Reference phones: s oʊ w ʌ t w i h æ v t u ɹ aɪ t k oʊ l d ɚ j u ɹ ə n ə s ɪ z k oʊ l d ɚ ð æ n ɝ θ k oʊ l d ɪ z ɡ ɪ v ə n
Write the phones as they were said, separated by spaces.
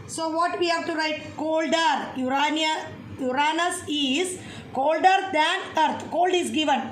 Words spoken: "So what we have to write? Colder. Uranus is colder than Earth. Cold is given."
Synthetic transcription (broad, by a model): s oʊ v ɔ t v i h æ v t u ɹ aɪ t k oʊ l d ɚ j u ɹ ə n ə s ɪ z k oʊ l d ɚ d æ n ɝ t k oʊ l d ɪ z ɡ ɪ v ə n